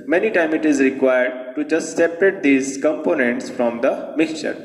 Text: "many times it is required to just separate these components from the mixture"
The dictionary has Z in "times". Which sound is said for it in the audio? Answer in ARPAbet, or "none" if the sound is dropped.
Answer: none